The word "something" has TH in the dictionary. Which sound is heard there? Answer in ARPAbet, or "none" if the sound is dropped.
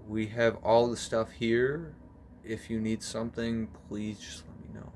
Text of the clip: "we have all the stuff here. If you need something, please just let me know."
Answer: TH